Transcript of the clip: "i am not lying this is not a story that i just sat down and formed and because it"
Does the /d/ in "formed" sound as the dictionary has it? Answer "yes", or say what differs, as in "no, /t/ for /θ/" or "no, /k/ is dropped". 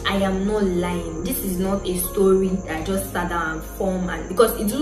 no, /d/ is dropped